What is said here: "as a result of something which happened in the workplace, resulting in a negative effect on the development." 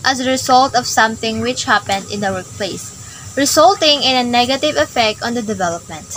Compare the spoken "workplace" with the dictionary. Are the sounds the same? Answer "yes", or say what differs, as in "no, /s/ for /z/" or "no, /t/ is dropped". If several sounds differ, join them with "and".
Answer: yes